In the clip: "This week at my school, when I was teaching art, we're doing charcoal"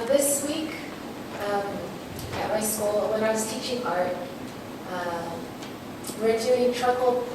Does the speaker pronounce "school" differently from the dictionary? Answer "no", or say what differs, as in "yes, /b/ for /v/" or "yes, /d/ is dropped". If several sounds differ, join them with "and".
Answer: yes, /k/ is dropped